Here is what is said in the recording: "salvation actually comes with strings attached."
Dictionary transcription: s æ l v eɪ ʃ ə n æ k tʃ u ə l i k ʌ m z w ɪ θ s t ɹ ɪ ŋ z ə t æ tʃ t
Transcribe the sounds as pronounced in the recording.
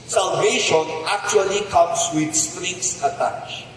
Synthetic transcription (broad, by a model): s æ l v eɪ ʃ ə n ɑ k tʃ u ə l i k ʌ m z w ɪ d s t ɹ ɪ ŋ s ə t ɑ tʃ